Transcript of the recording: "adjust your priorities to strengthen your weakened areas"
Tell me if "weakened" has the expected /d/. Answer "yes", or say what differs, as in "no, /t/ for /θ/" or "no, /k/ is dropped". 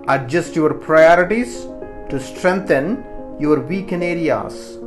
no, /d/ is dropped